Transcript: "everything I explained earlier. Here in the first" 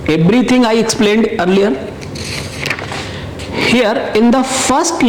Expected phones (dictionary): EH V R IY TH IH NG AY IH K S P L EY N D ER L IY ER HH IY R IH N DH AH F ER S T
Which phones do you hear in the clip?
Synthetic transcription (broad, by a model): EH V R IY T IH NG AY IH K S P L EY N D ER L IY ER HH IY R IH N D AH F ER S T